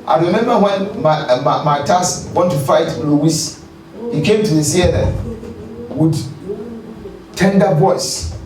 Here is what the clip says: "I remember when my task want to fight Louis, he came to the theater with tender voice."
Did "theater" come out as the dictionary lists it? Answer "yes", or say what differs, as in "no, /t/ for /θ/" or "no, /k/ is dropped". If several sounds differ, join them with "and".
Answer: no, /s/ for /θ/